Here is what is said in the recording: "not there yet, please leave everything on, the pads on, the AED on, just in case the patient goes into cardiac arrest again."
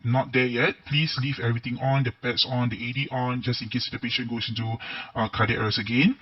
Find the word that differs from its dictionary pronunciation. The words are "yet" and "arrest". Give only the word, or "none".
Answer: arrest